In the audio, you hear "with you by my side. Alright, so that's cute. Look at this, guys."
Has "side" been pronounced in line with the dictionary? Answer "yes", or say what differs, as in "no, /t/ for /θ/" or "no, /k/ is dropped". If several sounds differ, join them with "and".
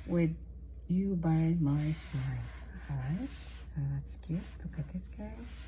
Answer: no, /d/ is dropped